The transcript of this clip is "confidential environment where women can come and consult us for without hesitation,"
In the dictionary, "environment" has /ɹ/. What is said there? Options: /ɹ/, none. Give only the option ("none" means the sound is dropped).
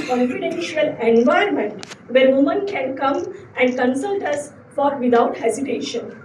none